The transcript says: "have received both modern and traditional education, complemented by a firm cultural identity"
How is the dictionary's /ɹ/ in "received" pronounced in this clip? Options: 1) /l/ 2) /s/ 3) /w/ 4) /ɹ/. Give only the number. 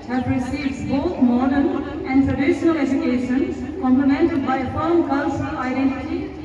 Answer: 4